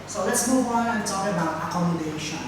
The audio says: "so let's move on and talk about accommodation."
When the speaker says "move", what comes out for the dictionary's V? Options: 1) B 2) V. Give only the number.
1